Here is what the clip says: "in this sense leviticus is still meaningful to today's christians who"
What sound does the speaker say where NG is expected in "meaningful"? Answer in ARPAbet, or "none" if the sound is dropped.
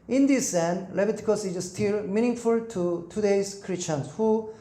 NG